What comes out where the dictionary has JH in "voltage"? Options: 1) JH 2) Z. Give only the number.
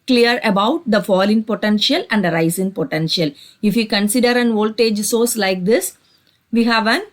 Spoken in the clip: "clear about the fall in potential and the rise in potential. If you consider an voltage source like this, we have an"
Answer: 1